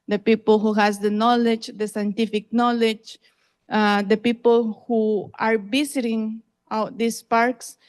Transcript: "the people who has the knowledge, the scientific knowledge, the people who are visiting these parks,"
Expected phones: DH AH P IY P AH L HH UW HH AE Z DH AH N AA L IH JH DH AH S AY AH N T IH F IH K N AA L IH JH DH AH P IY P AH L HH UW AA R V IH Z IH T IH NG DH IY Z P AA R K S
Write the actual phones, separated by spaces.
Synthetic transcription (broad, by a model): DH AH P IY P AH L HH UW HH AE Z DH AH N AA L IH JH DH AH S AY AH N T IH F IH K N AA L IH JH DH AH P IY P AH L HH UW AA R B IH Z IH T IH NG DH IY S P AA R K S